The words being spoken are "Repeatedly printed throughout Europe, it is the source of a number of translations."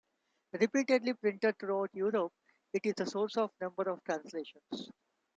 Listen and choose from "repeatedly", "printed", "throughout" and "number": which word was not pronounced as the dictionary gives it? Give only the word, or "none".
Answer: throughout